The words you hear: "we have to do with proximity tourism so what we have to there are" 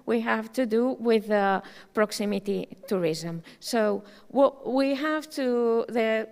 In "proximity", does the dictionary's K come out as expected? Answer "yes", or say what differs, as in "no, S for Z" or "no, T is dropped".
yes